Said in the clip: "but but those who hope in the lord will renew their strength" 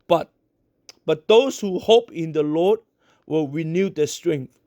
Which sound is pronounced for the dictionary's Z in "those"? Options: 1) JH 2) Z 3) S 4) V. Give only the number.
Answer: 3